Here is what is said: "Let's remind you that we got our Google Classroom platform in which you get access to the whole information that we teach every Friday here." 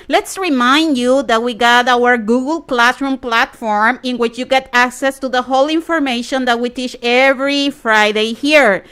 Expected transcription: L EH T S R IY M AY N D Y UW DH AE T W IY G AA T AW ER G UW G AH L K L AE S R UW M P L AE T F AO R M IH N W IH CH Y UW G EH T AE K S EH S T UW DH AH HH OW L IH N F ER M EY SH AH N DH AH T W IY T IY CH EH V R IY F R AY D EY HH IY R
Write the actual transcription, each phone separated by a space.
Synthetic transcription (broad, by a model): L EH T S R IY M AY N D Y UW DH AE T W IY G AA T AW ER G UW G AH L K L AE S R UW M P L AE T F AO R M IH N W IH CH Y UW G EH T AE K S EH S T UW DH AH HH OW L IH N F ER M EY SH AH N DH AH T W IY T IY CH EH V R IY F R AY D EY HH IY R